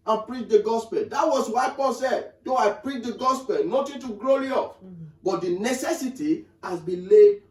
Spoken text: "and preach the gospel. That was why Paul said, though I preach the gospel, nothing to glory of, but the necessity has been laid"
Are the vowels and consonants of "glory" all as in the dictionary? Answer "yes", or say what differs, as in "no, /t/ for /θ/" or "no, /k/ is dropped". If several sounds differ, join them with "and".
no, /l/ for /ɹ/